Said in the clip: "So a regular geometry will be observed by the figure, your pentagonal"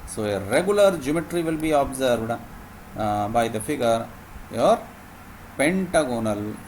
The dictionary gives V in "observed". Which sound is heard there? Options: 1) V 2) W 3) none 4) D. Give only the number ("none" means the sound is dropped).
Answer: 3